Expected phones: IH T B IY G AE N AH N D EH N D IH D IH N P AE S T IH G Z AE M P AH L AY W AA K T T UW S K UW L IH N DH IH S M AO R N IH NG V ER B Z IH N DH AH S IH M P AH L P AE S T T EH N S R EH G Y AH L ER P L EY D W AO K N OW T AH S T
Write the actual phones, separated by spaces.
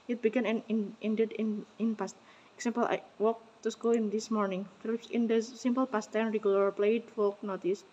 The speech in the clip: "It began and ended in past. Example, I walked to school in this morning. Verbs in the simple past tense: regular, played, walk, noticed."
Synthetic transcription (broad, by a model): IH T B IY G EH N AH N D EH N D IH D IH N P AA S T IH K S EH M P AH L AY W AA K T T UW S K UW L IH N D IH S M AO R N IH NG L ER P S IH N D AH S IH M P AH L P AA S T T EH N R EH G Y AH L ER P L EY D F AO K N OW T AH S